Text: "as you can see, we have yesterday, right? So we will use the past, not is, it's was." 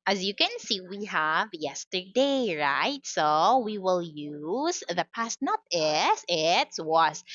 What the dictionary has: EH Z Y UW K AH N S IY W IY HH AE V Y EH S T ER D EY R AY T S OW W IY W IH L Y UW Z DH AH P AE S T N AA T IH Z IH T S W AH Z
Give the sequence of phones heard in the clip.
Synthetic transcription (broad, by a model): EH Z Y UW K AH N S IY W IY HH AE V Y EH S T ER D EY R AY T S OW W IY W IH L Y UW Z DH AH P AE S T N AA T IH S IH T S W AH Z